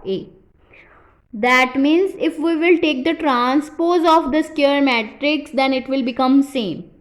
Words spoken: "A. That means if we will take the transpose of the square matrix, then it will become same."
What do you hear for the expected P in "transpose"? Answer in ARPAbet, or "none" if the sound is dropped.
P